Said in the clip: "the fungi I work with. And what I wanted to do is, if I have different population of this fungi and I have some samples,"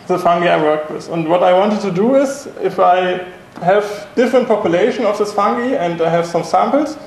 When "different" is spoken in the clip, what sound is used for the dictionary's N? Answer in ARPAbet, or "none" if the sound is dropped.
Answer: N